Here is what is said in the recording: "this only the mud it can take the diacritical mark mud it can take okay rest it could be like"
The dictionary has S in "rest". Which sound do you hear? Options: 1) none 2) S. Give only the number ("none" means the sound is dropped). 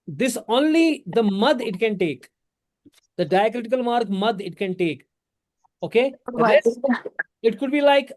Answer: 1